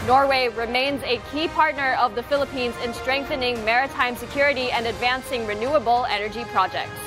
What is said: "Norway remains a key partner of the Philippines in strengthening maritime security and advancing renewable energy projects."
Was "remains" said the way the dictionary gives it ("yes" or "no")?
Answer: yes